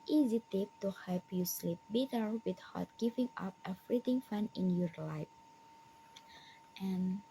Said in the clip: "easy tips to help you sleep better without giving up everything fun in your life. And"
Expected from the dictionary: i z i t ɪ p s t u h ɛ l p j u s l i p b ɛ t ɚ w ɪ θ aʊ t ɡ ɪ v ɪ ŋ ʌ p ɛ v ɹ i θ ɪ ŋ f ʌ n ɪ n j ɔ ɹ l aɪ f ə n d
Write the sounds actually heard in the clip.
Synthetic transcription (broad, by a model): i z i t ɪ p t u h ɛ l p j u s l i p b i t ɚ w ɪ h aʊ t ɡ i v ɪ ŋ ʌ p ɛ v ɹ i t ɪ ŋ f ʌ n ɪ n j ɔ ɹ l aɪ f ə n